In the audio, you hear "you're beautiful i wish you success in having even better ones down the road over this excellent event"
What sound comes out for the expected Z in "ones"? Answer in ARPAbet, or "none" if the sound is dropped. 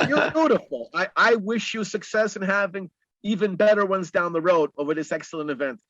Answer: Z